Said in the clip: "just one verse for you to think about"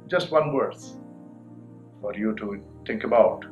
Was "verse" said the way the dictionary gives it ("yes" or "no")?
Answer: no